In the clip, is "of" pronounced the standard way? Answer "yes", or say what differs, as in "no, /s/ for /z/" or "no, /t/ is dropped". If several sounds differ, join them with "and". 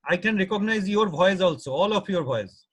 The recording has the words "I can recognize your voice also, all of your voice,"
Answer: no, /p/ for /v/